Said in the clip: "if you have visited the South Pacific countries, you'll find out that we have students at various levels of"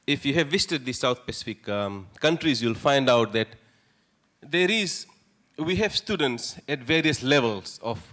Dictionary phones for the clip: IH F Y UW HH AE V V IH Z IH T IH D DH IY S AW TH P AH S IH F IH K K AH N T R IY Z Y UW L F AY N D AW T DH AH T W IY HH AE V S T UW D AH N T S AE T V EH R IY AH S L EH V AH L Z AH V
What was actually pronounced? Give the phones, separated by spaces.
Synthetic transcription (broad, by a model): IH F Y UW HH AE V V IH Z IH T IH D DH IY S AW T P AH S IH F IH K K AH N T R IY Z Y UW L F AY N D AW T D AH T W IY HH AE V S T UW D AH N T S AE T V EH R IY AH S L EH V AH L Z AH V